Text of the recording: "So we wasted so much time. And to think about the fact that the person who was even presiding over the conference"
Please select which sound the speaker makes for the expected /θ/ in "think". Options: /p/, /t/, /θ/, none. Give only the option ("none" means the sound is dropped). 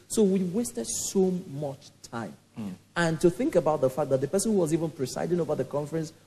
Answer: /θ/